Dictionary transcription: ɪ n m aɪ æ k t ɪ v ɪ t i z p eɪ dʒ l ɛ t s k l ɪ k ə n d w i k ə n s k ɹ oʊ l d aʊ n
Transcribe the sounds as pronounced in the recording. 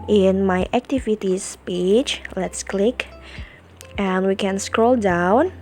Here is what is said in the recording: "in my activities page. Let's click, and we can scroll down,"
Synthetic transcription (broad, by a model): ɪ n m aɪ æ k t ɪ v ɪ t i s p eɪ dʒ l ɛ t s k l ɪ k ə n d w i k ə n s k ɹ oʊ l d aʊ n